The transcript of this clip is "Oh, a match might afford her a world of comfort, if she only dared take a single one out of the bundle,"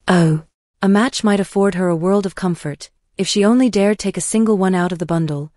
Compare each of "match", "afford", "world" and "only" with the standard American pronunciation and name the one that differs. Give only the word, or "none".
none